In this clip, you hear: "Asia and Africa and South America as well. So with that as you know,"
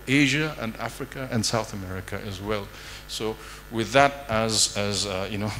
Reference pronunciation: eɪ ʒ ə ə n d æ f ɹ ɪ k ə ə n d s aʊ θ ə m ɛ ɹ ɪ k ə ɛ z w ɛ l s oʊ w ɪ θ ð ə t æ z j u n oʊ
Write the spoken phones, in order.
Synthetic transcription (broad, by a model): eɪ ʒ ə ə n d æ f ɹ ɪ k ə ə n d s aʊ θ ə m ɛ ɹ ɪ k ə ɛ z w ɛ l s oʊ w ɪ ð ə t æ z j u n oʊ